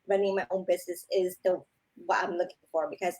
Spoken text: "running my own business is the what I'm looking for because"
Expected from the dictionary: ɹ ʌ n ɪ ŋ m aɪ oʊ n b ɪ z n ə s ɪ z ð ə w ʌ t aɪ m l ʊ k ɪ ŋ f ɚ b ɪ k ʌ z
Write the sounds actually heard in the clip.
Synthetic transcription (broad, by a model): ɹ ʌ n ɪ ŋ m aɪ oʊ n b ɪ z n ə s ɪ z ð ə w ʌ t aɪ m l ʊ k ɪ ŋ f ɚ b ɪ k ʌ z